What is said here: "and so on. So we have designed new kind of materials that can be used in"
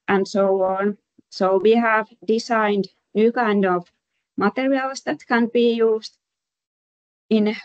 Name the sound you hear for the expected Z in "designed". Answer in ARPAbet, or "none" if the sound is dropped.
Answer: S